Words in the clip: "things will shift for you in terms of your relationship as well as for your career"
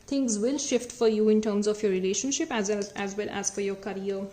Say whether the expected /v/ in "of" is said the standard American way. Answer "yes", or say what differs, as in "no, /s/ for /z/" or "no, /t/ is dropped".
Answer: no, /f/ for /v/